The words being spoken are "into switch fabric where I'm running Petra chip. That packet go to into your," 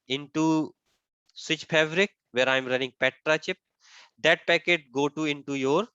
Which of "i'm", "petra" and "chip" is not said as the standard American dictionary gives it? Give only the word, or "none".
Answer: none